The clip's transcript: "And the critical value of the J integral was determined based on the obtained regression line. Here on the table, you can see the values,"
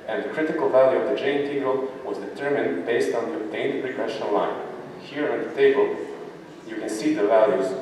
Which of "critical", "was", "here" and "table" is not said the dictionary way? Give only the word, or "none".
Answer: none